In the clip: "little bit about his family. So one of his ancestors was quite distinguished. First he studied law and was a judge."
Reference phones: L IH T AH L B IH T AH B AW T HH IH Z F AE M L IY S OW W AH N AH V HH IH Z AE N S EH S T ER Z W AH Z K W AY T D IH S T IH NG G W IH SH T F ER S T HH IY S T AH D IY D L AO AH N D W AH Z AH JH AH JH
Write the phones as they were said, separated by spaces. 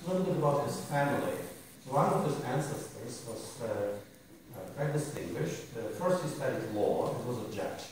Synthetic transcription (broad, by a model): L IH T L B IH T AH B AW T HH IH Z F AE M L IY S OW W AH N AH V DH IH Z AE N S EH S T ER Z W AH Z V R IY D IH S T IH NG G W IH SH T F ER S T HH IY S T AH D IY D L AO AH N W AH Z AH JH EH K